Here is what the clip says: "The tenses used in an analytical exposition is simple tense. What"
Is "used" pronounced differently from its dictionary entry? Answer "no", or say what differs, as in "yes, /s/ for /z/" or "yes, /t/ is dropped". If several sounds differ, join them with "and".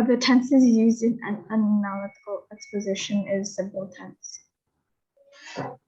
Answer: no